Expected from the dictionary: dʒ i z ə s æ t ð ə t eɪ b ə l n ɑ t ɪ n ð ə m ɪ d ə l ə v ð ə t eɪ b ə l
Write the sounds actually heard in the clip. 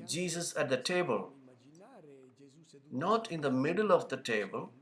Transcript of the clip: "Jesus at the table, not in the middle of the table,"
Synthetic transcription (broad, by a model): dʒ i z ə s æ t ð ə t eɪ b ə l n ɑ t ɪ n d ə m ɪ d ə l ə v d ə t eɪ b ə l